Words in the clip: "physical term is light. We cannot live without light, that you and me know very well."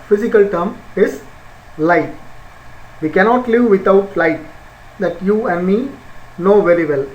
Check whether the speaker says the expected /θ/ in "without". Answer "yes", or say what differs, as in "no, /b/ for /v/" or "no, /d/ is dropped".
no, /t/ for /θ/